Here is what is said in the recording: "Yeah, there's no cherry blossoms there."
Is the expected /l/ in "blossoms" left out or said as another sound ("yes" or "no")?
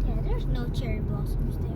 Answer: yes